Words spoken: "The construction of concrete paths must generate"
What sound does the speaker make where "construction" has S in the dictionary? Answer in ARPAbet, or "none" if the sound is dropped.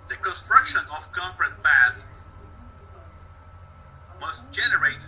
S